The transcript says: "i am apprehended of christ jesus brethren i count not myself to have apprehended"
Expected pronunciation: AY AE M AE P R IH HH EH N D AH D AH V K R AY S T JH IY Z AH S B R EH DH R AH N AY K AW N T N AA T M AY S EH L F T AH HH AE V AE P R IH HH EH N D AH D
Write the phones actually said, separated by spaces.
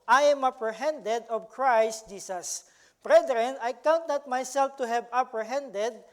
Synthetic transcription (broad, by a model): AY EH M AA P R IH HH EH N D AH D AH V K R AY S T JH IY S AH S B R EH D R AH N AY K AW N T N AA T M AY S EH L F T AH HH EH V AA P R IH HH EH N D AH D